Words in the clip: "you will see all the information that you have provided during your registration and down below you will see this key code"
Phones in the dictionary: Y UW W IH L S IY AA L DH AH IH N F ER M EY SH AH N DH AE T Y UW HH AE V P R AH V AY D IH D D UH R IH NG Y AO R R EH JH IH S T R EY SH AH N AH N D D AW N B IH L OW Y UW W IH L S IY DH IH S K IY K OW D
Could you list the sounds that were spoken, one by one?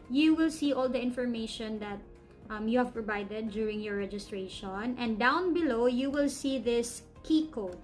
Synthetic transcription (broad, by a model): Y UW W IH L S IY AA L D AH IH N F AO M EY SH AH N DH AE T Y UW HH AE V P R AH V AY D IH D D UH R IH NG Y AO R R EH JH IH S T R EY SH AH N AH N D D AW N B IH L OW Y UW W IH L S IY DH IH S K IY K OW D